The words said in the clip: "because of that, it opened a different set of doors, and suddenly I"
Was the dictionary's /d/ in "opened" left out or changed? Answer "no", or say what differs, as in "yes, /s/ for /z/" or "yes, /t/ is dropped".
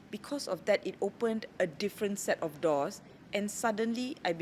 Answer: no